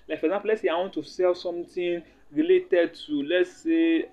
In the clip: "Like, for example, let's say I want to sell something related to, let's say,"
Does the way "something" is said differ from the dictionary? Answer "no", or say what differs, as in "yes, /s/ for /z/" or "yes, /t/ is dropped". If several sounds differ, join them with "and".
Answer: yes, /t/ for /θ/